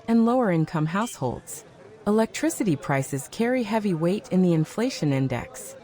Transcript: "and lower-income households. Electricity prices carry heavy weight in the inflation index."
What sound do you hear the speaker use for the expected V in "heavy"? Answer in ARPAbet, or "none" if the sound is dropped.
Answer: V